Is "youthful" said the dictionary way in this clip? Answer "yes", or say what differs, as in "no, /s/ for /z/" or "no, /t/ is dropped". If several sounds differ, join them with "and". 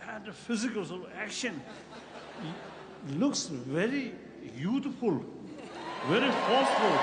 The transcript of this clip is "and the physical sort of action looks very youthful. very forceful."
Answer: no, /t/ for /θ/